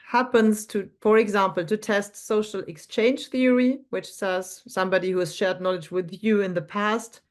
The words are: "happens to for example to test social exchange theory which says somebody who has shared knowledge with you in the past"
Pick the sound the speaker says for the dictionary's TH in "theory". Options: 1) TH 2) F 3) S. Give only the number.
1